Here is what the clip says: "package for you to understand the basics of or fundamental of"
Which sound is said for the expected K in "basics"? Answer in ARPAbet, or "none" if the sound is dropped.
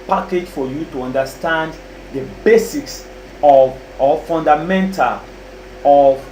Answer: K